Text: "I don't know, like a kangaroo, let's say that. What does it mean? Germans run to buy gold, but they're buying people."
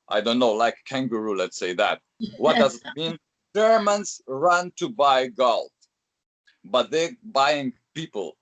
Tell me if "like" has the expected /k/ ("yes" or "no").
no